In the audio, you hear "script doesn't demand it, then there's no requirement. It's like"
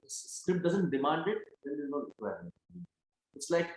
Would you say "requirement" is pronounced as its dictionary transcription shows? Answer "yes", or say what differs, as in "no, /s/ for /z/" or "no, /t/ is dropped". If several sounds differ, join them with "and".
no, /t/ is dropped